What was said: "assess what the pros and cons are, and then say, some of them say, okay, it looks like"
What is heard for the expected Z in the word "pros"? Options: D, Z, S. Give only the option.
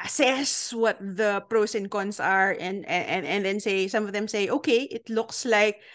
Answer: S